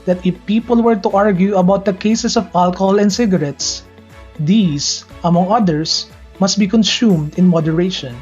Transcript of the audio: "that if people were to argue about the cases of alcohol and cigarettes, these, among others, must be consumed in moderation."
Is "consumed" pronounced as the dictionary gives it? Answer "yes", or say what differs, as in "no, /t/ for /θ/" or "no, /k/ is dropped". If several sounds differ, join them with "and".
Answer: yes